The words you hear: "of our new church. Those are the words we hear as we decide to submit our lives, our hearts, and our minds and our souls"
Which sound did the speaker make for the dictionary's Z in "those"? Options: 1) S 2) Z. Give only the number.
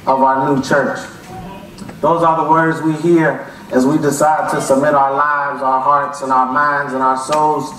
2